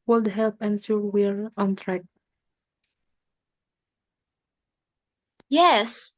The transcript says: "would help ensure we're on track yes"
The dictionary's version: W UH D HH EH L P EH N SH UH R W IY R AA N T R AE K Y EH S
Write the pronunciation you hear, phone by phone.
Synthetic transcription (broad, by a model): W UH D HH EH L P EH N S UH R W IY R AA N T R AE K Y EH S